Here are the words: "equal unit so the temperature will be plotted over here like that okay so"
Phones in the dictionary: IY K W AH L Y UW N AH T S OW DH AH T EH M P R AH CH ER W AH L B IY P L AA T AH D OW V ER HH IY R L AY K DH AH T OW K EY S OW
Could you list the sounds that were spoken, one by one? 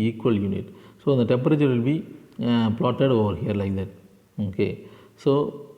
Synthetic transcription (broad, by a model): IY K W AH L Y UW N AH T S OW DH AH T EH M P R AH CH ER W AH L B IY P L AA T AH D OW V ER HH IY R L AY K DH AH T OW K EY S OW